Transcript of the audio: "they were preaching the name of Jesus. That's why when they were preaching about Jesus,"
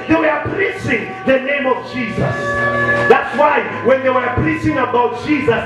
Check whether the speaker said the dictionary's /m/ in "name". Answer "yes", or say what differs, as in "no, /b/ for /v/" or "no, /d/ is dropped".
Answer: yes